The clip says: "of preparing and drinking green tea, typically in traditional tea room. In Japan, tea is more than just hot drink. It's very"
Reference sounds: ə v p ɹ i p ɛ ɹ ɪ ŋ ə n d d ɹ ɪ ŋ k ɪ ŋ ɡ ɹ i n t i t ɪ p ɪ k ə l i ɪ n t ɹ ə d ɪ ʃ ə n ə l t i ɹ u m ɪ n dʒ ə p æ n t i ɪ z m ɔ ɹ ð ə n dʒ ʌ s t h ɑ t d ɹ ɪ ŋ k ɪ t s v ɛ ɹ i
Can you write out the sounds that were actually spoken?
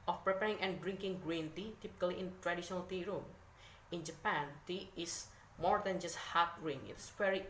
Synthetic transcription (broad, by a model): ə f p ɹ i p ɛ ɹ ɪ ŋ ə n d d ɹ ɪ ŋ k ɪ ŋ ɡ ɹ i n t i t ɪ p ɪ k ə l i ɪ n t ɹ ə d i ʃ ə n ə l t i ɹ u m ɪ n dʒ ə p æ n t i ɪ s m ɔ ɹ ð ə n dʒ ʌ s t h ɑ t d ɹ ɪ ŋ ɪ t s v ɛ ɹ i